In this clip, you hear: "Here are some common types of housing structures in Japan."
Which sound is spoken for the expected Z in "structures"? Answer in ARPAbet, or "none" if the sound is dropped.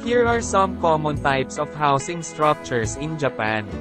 S